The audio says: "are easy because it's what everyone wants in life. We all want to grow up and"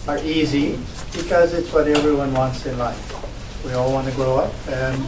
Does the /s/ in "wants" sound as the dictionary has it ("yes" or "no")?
yes